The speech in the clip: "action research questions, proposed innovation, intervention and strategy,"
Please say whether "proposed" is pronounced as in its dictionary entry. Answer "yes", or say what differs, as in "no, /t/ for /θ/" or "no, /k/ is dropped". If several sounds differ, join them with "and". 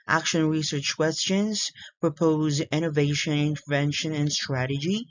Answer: no, /d/ is dropped